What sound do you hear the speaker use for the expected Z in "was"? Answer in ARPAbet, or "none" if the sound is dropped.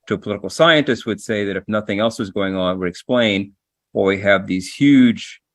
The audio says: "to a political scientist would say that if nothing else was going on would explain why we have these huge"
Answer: Z